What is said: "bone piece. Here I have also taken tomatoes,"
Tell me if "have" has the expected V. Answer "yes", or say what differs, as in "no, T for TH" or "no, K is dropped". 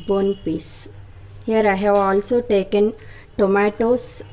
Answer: no, W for V